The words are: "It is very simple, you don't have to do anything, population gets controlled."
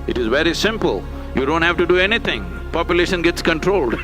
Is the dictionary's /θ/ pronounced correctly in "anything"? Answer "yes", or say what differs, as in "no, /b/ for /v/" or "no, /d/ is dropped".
no, /t/ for /θ/